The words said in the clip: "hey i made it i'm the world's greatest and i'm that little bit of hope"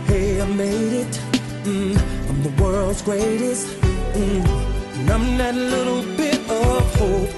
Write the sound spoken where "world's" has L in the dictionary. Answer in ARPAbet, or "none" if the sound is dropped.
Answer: L